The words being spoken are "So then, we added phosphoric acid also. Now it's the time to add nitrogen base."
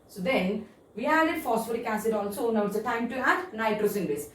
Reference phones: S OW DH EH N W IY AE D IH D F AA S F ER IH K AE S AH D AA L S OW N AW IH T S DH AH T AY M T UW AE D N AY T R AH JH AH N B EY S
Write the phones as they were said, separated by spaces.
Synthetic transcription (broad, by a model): S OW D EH N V IY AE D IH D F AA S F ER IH K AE S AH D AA N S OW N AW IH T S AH T AY M T UW AE D N AY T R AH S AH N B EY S